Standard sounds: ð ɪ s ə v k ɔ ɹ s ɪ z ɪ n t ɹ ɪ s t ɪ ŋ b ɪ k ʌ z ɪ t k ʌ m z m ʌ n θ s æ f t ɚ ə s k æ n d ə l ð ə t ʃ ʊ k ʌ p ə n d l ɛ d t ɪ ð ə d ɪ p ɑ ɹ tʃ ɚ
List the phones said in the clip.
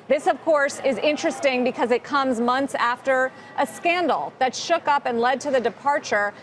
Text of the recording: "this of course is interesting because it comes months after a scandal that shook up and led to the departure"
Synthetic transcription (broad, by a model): ð ɪ s ə v k ɔ ɹ s ɪ z ɪ n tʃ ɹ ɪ s t ɪ ŋ b ɪ k ʌ z ɪ t k ʌ m z m ʌ n θ s æ f t ɚ ə s k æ n d l ð ə t ʃ ʊ k ʌ p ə n l ɛ d t ɪ ð ə d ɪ p ɑ ɹ tʃ ɚ